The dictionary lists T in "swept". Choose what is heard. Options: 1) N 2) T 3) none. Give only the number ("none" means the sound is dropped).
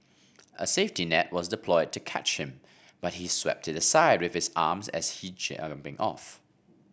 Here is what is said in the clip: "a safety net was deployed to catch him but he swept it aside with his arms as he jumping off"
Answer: 2